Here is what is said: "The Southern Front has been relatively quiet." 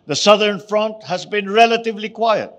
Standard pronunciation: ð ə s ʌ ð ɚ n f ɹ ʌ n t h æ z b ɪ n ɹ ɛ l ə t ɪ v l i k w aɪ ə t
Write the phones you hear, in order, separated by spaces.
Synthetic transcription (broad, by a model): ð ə s ʌ ð ɚ n f ɹ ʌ n t h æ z b ɪ n ɹ ɛ l ə t ɪ v l i k w aɪ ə t